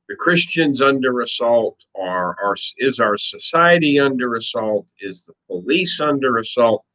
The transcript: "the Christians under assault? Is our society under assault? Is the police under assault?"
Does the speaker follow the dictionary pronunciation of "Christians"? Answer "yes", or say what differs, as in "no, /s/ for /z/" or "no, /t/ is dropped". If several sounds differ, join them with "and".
yes